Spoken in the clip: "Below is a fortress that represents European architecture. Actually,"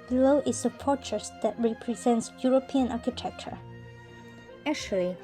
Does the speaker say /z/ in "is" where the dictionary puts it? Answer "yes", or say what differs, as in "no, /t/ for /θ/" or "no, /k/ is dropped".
no, /s/ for /z/